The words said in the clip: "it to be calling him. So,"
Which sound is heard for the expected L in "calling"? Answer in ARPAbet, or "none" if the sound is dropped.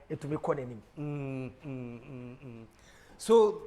N